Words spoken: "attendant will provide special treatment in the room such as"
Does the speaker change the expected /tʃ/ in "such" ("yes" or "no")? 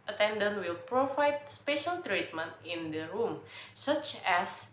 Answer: no